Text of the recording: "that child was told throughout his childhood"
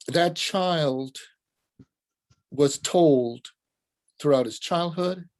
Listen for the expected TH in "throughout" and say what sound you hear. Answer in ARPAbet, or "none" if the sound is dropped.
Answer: TH